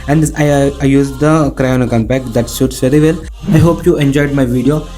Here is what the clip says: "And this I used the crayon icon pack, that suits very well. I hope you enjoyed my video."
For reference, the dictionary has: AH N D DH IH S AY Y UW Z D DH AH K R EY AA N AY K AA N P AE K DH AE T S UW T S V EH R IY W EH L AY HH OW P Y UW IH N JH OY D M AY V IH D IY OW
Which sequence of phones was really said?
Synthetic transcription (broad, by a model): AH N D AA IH AY Y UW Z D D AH K R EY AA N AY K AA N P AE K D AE T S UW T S V EH R IY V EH L AY HH OW P Y UW IH N JH OY D M AY V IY D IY OW